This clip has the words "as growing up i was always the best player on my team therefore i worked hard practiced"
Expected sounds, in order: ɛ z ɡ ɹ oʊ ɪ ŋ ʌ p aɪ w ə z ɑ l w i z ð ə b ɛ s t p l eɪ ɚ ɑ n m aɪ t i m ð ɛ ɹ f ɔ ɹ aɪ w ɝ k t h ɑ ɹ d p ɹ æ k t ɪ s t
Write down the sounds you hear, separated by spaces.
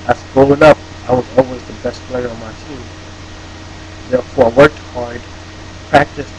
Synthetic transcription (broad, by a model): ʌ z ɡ oʊ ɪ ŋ ʌ p aɪ w ə z ɑ l w i z ð ə b ɛ s t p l eɪ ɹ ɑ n m aɪ t i m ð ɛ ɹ f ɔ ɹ aɪ w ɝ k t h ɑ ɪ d p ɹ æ k t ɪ s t